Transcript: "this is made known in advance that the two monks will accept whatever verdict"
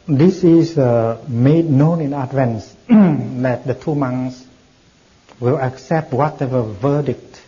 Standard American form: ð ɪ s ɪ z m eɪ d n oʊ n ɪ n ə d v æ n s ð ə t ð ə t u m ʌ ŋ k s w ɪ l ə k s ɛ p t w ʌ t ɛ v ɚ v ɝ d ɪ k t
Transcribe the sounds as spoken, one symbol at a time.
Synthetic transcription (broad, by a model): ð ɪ s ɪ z m eɪ d n oʊ n ɪ n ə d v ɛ n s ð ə t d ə t u m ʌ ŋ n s w ɪ l ə k s ɛ p t w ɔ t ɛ v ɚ v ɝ d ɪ k t